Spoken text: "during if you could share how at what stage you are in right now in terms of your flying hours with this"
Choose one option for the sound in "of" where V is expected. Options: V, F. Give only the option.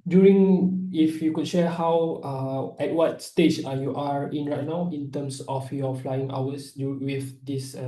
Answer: F